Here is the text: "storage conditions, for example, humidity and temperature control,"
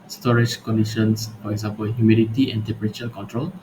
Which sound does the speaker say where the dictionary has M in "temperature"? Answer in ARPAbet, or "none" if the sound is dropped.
none